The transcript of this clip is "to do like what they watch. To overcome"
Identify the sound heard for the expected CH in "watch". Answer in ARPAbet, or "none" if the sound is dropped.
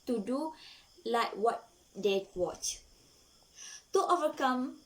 CH